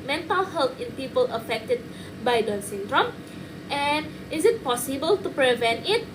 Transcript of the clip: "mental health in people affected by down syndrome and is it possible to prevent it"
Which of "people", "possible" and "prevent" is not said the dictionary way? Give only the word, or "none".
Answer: none